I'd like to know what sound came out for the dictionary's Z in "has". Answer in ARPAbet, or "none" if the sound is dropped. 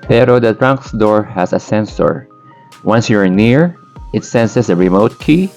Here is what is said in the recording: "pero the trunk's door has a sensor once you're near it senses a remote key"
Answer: S